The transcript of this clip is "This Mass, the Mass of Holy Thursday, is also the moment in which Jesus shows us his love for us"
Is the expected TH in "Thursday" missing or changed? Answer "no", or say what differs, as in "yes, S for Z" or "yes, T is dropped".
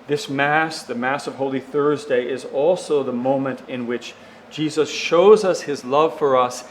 no